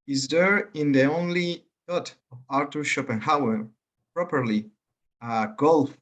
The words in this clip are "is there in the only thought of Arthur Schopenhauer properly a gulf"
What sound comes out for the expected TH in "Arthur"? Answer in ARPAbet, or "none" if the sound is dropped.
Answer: T